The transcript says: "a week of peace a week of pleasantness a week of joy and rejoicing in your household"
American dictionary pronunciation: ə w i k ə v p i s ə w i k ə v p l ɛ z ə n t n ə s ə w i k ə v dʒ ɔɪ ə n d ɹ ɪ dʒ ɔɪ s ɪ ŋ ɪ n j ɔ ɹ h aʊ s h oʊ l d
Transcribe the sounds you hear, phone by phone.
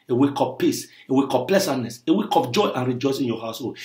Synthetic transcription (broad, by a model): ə w i k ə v p i s ə w i k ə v p l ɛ s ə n n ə s ə w i k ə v dʒ ɔɪ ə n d ɹ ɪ dʒ ɔɪ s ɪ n j ɔ h aʊ s h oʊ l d